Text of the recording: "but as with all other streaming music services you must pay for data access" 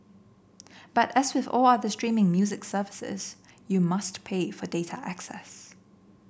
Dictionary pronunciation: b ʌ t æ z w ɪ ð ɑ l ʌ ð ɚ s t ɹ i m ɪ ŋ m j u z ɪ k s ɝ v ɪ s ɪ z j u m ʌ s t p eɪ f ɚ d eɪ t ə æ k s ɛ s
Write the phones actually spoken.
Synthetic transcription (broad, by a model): b ʌ t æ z w ɪ ð ɑ l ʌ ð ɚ s t ɹ i m ɪ ŋ m j u z ɪ k s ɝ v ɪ s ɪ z j u m ʌ s t p eɪ f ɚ d eɪ t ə æ k s ɛ s